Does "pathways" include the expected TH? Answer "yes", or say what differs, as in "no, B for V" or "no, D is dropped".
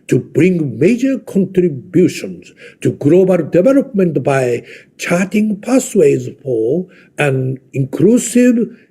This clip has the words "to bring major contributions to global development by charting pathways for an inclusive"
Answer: no, S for TH